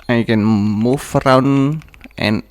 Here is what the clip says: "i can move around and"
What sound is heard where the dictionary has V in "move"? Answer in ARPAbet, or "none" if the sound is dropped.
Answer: F